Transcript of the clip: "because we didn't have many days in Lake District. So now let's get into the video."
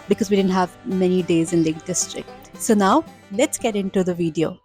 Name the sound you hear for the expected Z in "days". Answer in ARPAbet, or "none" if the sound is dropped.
Z